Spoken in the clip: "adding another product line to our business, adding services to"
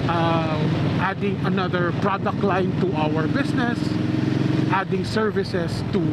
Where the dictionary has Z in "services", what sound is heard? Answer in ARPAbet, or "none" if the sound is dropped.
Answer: S